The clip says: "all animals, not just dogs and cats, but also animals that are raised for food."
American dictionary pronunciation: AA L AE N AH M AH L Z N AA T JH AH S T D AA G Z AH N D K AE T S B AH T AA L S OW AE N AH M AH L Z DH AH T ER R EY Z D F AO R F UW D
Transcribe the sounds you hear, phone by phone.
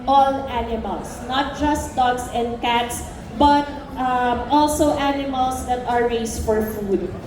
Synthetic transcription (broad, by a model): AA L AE N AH M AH L S N AA T JH AH S T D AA G S AH N D K AE T S B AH T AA L S OW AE N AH M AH L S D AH T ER R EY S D F AO R F UW D